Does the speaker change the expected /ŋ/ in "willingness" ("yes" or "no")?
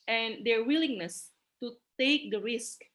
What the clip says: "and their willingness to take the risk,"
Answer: no